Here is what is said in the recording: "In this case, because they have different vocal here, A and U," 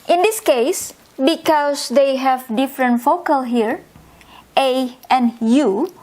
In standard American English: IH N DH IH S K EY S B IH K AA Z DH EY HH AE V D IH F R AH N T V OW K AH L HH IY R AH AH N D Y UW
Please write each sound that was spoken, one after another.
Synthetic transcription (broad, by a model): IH N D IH S K EY S B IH K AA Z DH EY HH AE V D IH F R AH N T F OW K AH L HH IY R AH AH N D Y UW